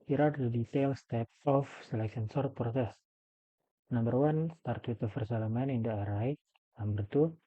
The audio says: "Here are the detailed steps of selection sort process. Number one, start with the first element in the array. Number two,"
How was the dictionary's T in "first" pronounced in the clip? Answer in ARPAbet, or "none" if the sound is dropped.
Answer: none